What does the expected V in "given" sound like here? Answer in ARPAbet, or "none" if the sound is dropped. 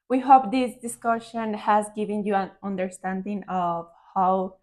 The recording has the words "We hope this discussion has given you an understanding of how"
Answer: V